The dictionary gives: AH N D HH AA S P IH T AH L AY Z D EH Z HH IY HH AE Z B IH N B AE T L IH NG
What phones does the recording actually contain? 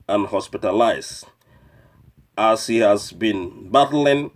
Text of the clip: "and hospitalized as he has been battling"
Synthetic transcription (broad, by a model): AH N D HH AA S P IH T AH L AY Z AA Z HH IY HH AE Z B IH N B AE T L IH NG